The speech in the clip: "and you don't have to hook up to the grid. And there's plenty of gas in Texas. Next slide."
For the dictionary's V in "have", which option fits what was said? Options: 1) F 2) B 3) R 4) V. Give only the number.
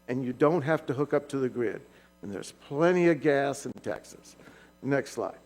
1